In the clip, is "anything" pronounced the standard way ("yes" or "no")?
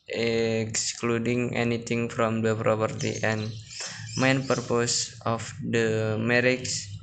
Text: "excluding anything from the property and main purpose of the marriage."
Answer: no